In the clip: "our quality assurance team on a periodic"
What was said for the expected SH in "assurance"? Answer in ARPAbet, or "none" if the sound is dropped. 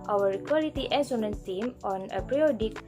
S